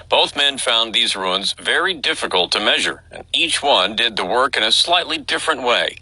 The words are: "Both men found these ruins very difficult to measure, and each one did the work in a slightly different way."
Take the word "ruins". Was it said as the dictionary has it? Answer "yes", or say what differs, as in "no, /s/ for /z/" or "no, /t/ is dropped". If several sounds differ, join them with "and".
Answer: yes